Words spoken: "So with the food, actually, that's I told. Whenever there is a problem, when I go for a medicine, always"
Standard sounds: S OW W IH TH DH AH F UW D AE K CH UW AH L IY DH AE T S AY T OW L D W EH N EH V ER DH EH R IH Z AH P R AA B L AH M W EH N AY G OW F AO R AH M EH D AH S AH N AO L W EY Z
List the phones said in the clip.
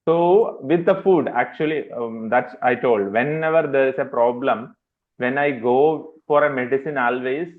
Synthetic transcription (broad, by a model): S OW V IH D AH F UW D AE K CH UW AH L IY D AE T S AY T OW L D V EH N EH V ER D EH R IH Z AH P R AA B L AH M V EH N AY G OW F AO R AH M EH D AH S AH N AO L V EY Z